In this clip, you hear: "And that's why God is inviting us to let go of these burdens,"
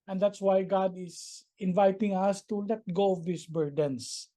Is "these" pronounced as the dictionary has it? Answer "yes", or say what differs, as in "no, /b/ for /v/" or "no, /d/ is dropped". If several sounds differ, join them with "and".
no, /s/ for /z/